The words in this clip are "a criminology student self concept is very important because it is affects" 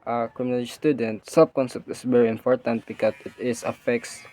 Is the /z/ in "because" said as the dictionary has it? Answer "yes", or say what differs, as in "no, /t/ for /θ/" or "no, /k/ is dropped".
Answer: no, /s/ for /z/